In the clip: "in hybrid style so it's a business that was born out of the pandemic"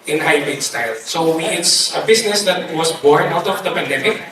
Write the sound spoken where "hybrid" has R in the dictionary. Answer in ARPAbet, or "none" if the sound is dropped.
none